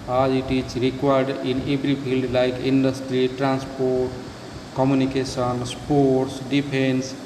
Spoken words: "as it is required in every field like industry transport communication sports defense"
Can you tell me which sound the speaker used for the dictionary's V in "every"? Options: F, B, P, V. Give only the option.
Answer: B